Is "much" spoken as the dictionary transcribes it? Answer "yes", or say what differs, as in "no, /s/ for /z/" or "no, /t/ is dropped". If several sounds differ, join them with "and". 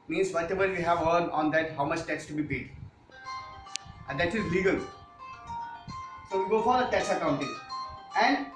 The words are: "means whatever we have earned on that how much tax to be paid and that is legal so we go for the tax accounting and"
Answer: yes